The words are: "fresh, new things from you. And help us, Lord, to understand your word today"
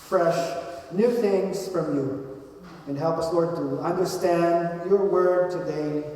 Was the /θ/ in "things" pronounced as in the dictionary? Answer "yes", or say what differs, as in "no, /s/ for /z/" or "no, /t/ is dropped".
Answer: yes